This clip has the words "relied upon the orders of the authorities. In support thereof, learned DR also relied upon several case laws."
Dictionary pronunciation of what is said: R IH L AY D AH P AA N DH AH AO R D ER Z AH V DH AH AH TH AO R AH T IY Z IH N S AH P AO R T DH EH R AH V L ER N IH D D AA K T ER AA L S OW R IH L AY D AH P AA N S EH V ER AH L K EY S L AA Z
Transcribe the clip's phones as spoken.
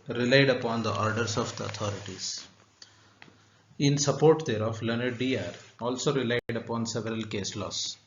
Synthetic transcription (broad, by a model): R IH L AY D AH P AA N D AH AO R D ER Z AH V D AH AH T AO R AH T IY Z IH N S AH P AO R T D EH R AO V L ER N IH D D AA T AA L S OW R IH L AY D AH P AA N S EH V ER AH L K EY S L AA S